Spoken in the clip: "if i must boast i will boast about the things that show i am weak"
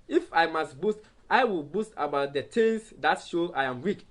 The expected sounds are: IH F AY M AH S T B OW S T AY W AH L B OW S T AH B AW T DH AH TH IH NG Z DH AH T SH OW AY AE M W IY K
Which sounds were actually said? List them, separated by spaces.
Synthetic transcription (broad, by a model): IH F AY M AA S T B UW S T AY W AH L B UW S T AH B AW T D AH T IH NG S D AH T SH OW AY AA M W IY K